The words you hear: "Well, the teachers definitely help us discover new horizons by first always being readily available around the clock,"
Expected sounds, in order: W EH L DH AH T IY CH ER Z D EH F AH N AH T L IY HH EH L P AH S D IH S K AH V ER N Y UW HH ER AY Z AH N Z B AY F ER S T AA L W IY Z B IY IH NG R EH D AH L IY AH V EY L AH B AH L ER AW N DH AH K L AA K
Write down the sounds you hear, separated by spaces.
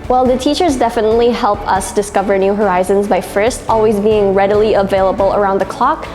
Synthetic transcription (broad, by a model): W EH L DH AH T IY CH ER Z D EH F AH N AH T L IY HH EH L P AH S D IH S K AH V ER N Y UW HH ER AY Z AH N Z B AY F ER S T AA L W IY Z B IY IH NG R EH D AH L IY AH V EY L AH B AH L ER AW N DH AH K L AA K